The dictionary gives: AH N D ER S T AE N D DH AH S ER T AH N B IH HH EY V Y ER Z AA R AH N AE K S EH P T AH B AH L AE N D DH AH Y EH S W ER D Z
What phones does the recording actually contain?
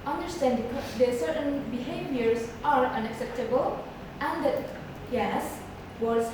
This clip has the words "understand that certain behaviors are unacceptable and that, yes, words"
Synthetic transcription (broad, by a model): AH N D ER S T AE N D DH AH S ER T AH N B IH HH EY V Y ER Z AA R AH N AE K S EH P T AH B AH L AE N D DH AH Y EH S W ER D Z